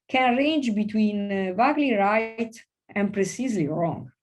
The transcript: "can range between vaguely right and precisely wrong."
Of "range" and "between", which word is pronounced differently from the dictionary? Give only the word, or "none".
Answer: none